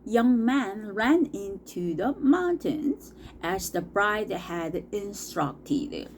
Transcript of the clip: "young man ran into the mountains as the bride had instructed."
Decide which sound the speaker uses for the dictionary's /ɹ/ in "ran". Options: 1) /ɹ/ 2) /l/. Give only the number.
1